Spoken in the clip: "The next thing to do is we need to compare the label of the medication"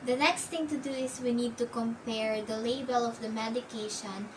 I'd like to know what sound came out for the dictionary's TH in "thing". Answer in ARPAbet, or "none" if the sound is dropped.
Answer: T